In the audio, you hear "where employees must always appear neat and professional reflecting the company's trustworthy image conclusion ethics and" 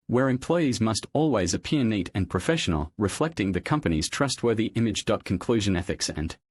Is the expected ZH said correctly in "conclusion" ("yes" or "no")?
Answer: yes